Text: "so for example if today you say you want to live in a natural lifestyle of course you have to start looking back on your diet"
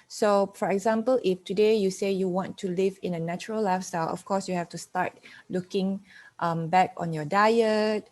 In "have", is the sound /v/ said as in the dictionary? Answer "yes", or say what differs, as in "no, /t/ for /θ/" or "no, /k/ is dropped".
no, /f/ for /v/